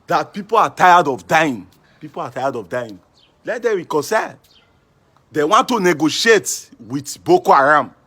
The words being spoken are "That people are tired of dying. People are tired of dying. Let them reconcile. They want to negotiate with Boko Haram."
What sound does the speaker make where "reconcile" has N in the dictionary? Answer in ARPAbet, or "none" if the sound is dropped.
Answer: none